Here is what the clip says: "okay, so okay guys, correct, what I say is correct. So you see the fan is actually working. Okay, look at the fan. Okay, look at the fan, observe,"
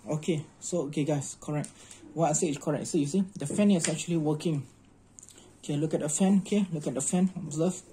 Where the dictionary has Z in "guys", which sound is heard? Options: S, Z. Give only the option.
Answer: S